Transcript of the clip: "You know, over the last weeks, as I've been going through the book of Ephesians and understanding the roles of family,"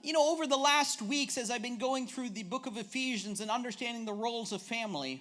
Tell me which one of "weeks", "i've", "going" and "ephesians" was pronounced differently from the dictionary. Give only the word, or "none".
none